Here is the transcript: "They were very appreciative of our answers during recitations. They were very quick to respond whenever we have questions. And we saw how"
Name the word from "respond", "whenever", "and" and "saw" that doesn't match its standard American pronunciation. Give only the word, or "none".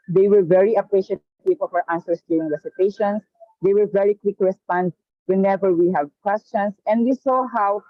none